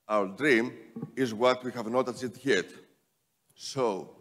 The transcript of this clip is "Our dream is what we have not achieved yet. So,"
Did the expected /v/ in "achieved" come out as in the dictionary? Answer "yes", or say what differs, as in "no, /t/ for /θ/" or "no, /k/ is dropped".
no, /v/ is dropped